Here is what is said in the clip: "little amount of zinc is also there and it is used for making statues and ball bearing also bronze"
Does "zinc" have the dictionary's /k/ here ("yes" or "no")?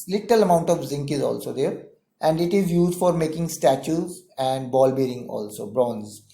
yes